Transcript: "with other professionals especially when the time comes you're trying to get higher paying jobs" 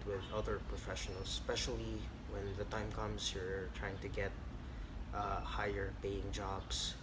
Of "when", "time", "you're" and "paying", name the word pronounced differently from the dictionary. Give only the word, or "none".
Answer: none